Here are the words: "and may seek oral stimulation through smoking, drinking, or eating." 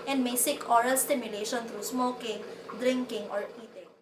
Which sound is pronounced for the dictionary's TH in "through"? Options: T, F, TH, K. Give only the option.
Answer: T